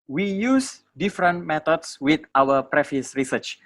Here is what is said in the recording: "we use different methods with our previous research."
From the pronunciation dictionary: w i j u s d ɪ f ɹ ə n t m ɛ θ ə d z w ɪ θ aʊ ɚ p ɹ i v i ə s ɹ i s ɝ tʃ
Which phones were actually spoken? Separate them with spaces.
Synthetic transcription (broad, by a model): w i j u s d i f ɹ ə n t m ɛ t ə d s w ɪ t aʊ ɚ p ɹ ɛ f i s ɹ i s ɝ tʃ